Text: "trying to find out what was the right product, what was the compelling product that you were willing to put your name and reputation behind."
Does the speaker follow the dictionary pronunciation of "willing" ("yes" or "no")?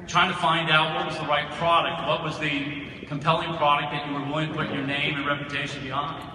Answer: no